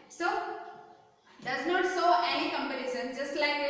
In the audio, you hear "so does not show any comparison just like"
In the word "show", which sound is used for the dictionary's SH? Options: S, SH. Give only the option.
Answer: S